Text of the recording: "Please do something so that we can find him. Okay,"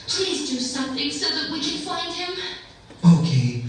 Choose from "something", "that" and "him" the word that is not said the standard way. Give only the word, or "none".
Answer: none